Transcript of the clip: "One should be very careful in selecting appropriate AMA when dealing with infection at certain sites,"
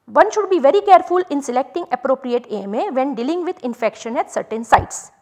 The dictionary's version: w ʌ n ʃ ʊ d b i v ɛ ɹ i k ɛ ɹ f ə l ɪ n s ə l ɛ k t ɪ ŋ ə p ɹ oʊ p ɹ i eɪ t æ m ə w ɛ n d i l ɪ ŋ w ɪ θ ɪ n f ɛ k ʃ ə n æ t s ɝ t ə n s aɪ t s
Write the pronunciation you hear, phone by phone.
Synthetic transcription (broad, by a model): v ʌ n ʃ ʊ d b i v ɛ ɹ i k ɛ ɹ f ə l ɪ n s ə l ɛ k t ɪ ŋ ə p ɹ oʊ p ɹ i eɪ t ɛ m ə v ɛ n d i l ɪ ŋ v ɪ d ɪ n f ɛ k ʃ ə n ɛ t s ɝ t ə n s aɪ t s